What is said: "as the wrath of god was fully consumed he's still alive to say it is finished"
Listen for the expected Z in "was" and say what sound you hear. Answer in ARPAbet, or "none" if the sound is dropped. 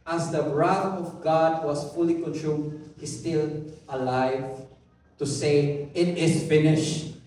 S